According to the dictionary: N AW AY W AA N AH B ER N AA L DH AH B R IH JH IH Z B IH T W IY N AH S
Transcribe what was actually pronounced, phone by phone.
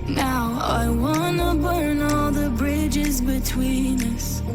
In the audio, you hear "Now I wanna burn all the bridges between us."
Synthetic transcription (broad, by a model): N AW AY W AA N AH B ER N AA L DH AH B R IH JH IH Z B IH T W IY N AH S